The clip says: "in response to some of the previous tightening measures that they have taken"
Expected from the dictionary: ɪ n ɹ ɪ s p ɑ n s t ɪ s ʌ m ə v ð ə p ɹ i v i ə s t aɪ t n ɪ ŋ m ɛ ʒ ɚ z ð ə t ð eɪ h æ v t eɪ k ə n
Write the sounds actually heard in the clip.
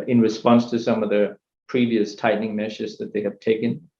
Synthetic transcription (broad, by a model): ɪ n ɹ ɪ s p ɑ n s t ɪ s ʌ m ə v ð ə p ɹ i v i ə s t aɪ t n ɪ ŋ m ɛ ʃ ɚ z ð ə t ð eɪ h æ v t eɪ k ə n